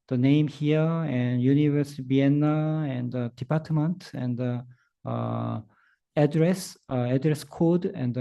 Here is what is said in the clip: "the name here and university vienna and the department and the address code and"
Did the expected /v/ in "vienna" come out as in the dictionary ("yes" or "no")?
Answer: no